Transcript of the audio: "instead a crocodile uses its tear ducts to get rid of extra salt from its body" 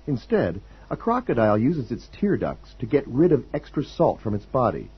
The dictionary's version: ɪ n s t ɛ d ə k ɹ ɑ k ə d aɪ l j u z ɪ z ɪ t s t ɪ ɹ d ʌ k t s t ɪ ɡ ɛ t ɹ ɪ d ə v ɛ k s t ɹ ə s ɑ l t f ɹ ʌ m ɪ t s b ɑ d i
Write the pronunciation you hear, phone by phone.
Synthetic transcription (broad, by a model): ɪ n s t ɛ d ə k ɹ ɑ k ə d aɪ l j u z ɪ z ɪ t s t ɪ ɹ d ʌ k s t ɪ ɡ ɛ t ɹ ɪ d ə v ɛ k s t ɹ ə s ɑ l t f ɹ ʌ m ɪ t s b ɑ d i